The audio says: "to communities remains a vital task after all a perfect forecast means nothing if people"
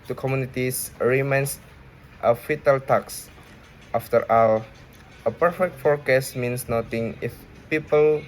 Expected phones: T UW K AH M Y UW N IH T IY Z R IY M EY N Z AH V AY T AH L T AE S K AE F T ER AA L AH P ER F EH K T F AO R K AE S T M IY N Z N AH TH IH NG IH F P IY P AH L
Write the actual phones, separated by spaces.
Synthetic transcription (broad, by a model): T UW K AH M Y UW N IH T IY S R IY M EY N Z AH F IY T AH L T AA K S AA F T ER AA L AH P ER F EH K T F AO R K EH S M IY N S N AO T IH NG IH F P IY P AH L